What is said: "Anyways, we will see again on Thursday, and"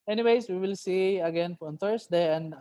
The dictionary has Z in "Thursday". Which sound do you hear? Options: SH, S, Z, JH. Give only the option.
S